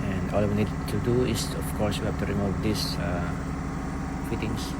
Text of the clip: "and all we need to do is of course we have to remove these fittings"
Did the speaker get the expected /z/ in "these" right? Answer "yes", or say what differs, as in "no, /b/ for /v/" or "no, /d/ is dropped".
no, /s/ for /z/